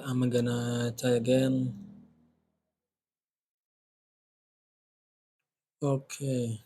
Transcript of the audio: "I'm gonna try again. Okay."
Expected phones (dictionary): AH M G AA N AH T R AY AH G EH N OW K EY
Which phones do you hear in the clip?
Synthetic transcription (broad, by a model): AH M G AA N AH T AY AH G EH N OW K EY